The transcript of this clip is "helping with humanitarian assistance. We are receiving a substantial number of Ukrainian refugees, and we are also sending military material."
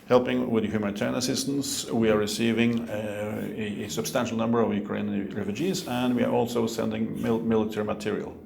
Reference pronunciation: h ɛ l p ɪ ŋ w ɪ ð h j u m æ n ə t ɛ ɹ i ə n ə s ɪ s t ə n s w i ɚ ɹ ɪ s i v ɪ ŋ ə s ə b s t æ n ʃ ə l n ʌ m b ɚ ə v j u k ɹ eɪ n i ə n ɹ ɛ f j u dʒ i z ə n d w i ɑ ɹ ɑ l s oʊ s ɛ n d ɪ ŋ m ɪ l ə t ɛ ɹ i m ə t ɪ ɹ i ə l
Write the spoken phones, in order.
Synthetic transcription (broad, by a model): h ɛ l p ɪ ŋ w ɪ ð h j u m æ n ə t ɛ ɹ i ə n ə s ɪ s t ə n s w i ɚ ɹ ɪ s i v ɪ ŋ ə s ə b s t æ n ʃ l n ʌ m b ɚ ə v j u k ɹ eɪ i n ɹ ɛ f j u dʒ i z ə n d w i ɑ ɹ ɑ l s oʊ s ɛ n d ɪ ŋ m ɪ l ə t ɛ ɹ i m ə t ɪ ɹ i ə l